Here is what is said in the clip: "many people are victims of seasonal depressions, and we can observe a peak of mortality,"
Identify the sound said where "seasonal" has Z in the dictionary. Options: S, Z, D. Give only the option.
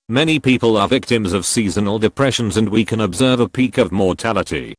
Z